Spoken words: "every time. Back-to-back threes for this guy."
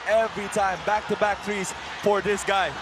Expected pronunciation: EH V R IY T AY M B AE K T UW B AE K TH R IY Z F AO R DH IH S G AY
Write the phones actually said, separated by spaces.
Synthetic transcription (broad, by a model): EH V R IY T AY M B AE K T UW B AE K T R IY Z F AO R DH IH S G AY